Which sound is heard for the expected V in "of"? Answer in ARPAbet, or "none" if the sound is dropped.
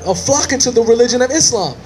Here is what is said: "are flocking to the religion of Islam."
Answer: V